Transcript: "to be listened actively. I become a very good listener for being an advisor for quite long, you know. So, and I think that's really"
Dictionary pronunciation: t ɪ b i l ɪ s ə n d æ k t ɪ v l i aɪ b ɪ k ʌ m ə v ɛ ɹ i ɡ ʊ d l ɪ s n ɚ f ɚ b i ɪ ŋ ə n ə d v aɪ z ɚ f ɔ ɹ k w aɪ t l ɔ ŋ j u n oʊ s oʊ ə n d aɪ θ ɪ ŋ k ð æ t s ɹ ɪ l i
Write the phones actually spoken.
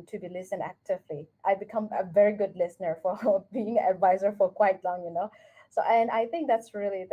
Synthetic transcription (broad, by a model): t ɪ b i l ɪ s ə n æ k t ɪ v l i aɪ b ɪ k ʌ m ə v ɛ ɹ i ɡ ʊ d l ɪ s n ɚ f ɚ b i ɪ ŋ ə n ə d v aɪ z ɚ f ɔ ɹ k w aɪ t l ɔ ŋ j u n oʊ s oʊ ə n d aɪ θ ɪ ŋ k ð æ t s ɹ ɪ l i